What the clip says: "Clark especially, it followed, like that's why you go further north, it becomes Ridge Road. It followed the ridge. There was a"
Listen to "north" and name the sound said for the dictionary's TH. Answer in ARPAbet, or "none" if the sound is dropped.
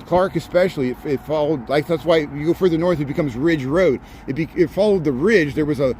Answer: TH